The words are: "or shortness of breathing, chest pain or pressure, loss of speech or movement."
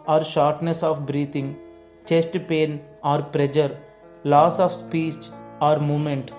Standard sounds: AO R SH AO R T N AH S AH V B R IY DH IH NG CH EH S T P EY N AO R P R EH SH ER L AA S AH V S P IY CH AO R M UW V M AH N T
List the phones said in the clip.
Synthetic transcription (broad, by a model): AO R SH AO R T N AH S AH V B R IY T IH NG CH EH S T P EY N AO R P R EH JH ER L AA S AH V S P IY S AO R M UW M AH N T